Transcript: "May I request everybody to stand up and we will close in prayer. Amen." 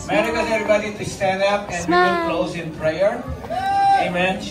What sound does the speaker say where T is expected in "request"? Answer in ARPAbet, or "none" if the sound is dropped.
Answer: none